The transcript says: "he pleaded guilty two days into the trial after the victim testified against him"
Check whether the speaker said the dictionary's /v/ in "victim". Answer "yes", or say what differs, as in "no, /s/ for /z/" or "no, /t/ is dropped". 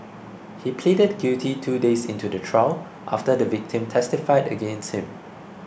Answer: yes